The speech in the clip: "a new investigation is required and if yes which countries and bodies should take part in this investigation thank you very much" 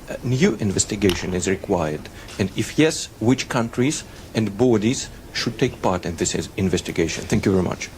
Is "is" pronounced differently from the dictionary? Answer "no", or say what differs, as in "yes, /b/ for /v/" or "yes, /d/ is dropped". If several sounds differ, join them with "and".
no